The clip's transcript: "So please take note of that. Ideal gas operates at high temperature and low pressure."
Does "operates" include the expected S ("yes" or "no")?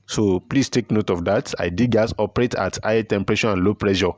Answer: no